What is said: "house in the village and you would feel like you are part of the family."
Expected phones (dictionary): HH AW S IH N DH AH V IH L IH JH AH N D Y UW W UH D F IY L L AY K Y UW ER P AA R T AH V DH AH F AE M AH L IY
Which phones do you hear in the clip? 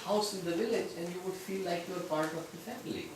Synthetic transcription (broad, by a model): HH AW S IH N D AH V IH L IH JH AH N D Y UW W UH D F IY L L AY K Y UW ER P AA R T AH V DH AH F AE M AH L IY